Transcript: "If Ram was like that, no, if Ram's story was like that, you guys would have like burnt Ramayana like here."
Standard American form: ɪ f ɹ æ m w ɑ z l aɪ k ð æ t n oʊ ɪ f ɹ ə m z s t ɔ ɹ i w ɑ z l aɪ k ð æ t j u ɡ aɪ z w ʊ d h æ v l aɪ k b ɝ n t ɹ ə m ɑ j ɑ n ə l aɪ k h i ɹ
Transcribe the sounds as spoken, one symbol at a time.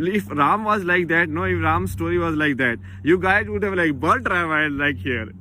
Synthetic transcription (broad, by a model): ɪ f ɹ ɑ m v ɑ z l aɪ k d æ t n oʊ ɪ f ɹ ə m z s t ɔ ɹ i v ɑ z l aɪ k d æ t j u ɡ aɪ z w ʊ d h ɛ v l aɪ k b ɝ l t ɹ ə ɪ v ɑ ə l aɪ k h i ɹ